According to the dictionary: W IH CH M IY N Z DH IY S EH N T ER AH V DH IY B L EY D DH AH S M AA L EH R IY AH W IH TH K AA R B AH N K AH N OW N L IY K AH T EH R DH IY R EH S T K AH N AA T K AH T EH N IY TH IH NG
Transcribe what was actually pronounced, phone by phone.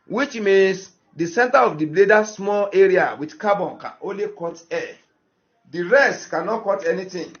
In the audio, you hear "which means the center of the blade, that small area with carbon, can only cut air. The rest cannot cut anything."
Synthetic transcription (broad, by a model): W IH CH M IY N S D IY S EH N T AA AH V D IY B L EY D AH S M AA L EH R IY AH W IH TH K AA B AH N K AH N OW N L IY K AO T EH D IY R EH S T K AH N AA T K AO T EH N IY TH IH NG